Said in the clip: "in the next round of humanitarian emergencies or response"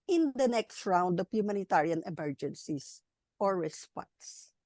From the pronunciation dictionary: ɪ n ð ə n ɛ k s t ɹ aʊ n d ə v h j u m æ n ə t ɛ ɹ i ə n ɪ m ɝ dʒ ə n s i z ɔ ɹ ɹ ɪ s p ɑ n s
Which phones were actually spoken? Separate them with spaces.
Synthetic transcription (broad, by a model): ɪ n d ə n ɛ k s t ɹ aʊ n d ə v h j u m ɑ n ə t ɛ ɹ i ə n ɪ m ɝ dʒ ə n s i s ɔ ɹ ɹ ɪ s p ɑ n s